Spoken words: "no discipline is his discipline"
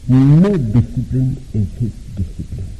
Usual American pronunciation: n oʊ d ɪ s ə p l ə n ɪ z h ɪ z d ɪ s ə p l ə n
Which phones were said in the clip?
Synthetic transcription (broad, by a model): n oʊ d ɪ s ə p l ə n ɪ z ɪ s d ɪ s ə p l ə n